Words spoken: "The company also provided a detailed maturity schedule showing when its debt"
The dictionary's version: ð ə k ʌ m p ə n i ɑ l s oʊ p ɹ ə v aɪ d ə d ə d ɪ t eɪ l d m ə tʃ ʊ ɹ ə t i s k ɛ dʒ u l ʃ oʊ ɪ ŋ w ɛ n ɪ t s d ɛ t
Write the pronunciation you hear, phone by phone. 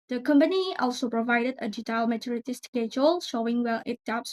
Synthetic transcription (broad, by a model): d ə k ʌ m p ə n i ɑ l s oʊ p ɹ ə v aɪ d ə d ə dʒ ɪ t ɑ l m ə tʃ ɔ ɹ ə t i s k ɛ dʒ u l ʃ oʊ ɪ ŋ w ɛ l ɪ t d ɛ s